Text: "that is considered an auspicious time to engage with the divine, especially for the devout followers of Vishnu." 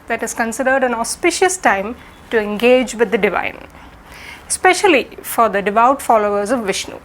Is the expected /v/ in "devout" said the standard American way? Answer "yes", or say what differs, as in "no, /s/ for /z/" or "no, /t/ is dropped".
yes